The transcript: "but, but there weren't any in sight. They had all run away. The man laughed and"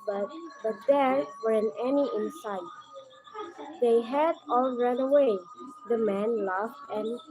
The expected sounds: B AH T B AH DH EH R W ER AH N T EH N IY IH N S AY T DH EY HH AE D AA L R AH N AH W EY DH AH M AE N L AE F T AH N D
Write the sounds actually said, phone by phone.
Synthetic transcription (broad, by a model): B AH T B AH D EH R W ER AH N EH N IY IH N S AY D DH EY HH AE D AA L R AH N AH W EY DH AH M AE N L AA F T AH N